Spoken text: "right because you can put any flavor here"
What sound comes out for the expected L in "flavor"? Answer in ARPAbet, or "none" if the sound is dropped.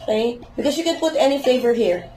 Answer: none